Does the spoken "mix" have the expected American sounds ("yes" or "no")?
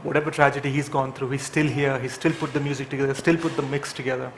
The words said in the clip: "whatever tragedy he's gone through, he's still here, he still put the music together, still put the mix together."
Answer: yes